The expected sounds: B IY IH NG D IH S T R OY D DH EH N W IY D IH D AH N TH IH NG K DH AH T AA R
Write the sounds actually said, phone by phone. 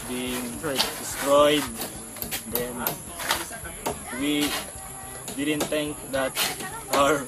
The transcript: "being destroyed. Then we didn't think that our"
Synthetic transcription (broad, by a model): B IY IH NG D IH S T R OY D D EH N W IY D IH D AH N T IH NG K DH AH T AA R